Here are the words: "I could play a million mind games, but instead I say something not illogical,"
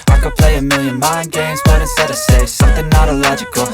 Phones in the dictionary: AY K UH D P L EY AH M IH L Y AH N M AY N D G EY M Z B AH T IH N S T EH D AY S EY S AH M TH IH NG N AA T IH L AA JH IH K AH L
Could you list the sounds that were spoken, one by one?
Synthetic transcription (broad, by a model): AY K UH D P L EY AH M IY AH N M AY N G EY M Z B AH T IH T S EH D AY S EY S AH M TH IH NG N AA T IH L AA JH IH K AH L